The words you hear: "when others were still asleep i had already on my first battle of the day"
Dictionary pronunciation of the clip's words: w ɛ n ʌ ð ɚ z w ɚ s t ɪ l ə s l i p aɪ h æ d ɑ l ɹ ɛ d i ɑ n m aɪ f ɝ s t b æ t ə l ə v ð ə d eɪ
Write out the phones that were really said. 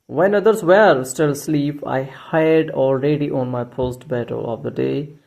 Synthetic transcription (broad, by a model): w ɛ n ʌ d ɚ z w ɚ s t ɪ l s l i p aɪ h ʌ d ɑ l ɹ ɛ d i ɑ n m aɪ p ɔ s t b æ t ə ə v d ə d eɪ